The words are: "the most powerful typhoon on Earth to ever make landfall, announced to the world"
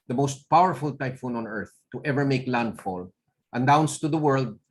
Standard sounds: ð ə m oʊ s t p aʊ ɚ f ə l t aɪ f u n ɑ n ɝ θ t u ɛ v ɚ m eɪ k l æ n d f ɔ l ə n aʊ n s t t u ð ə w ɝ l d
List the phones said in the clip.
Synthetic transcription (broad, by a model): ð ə m oʊ s t p aʊ ɚ f ə l t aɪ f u n ɑ n ɝ θ t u ɛ v ɚ m eɪ k l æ n d f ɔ l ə n aʊ n s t t u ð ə w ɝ l d